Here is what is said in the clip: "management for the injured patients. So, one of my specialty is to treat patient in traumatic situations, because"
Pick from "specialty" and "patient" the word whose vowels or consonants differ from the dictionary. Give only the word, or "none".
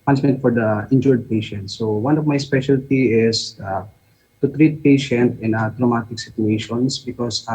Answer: none